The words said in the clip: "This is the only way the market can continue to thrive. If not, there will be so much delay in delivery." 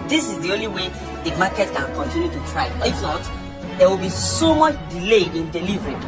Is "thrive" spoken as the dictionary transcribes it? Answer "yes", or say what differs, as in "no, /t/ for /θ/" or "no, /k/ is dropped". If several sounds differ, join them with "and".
no, /t/ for /θ/ and /v/ is dropped